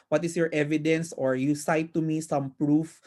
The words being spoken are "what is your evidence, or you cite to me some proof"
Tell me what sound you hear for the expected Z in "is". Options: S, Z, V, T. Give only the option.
S